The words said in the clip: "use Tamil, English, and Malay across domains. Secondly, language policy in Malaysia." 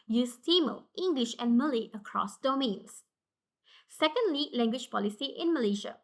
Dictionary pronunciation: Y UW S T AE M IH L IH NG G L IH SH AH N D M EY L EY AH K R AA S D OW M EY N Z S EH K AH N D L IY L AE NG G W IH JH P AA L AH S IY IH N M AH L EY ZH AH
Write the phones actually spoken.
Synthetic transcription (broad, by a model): Y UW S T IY M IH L IH NG G L IH SH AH N M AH L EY AH K R AA S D OW M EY N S S EH K AH N D L IY L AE NG G W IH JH P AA L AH S IY IH N M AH L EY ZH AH